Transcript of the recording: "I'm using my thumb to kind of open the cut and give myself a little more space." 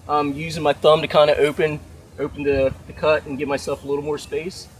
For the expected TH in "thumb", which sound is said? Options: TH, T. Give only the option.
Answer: TH